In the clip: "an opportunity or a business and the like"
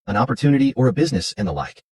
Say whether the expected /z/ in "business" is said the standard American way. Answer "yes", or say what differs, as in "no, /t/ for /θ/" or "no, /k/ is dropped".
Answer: yes